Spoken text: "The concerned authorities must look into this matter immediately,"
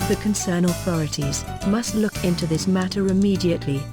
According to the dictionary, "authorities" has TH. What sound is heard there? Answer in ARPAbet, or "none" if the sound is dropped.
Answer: TH